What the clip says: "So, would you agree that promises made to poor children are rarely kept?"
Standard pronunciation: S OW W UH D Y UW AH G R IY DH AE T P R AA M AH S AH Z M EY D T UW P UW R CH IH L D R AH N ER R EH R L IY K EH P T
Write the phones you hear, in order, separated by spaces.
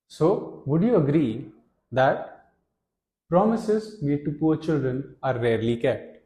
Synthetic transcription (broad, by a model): S OW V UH D Y UW AH G R IY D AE T P R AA M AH S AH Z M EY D T UW P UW R CH IH L D R AH N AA R EH R L IY K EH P T